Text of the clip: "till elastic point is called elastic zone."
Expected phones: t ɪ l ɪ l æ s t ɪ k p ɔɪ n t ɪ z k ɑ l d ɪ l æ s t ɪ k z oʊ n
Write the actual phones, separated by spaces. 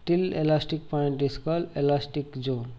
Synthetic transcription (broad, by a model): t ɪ l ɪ l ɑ s t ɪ k p ɔɪ n t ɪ s k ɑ l ɪ l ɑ s t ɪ k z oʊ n